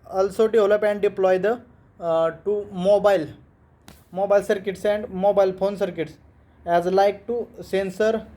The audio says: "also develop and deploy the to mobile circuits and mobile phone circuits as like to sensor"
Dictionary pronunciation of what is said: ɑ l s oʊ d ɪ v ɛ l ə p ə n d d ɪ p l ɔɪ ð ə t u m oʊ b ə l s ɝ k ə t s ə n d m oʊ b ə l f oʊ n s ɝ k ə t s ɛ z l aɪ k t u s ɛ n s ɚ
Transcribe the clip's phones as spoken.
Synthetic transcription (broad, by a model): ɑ l s oʊ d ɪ ɔ l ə p ə n d d ɪ p l ɔɪ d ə t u m oʊ b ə l s ɝ k ə t s ə n d m oʊ b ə l f oʊ n s ɝ k ə t s ɛ z l aɪ k t u s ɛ n s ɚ